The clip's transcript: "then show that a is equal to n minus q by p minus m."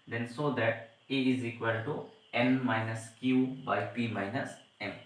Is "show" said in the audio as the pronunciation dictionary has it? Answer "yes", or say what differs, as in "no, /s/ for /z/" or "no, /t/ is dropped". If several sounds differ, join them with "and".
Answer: no, /s/ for /ʃ/